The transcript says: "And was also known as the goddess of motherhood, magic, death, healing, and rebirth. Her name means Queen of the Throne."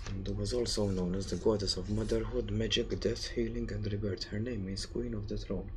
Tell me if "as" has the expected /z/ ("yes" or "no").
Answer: yes